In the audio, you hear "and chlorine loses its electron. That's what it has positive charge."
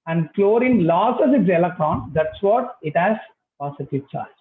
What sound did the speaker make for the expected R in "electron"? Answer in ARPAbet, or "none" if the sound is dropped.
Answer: R